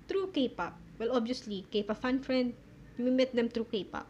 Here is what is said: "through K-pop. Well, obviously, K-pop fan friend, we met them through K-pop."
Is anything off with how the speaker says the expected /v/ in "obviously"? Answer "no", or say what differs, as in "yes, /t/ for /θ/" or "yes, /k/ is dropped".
yes, /v/ is dropped